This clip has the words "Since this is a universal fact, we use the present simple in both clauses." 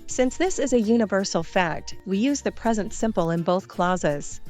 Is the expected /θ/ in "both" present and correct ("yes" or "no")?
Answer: yes